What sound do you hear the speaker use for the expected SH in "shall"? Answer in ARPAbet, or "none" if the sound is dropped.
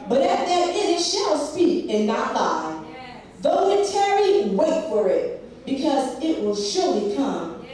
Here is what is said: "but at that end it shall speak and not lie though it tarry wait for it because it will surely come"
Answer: SH